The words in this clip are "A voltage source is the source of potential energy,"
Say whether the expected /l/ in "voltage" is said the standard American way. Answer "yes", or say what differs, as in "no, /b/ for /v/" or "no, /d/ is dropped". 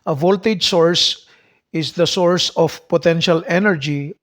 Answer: yes